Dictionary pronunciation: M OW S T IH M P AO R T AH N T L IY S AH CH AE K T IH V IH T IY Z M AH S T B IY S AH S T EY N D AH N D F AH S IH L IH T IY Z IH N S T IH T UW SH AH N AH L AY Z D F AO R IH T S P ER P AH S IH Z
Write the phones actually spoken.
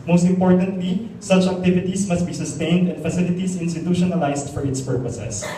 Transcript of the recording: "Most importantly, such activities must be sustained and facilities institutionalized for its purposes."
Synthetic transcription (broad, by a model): M OW S T IH M P AO R T AH N T L IY S AH CH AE K T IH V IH T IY S M AH S T B IY S AH S T EY N D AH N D F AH S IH L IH T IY S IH N S T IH T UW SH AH N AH L AY S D F AO R IH T S P ER P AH S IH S